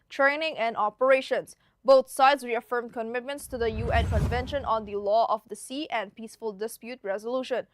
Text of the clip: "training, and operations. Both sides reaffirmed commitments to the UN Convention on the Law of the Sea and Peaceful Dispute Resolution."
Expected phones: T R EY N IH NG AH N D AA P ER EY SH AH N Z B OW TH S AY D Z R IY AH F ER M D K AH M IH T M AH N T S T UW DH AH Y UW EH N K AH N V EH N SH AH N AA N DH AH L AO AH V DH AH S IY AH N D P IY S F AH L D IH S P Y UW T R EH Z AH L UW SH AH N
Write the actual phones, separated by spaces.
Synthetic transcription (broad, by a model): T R EY N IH NG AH N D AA P ER EY SH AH N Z B OW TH S AY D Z R IY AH F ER M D K AH M IH T M AH N T S T UW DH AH Y UW EH N K AH N V EH N SH AH N AA N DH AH L AO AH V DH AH S IY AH N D P IY S F AH L D IH S P Y UW T R EH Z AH L UW SH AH N